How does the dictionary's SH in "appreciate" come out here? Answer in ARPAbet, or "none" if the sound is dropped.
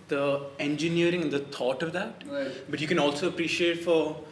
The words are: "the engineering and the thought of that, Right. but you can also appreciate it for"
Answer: SH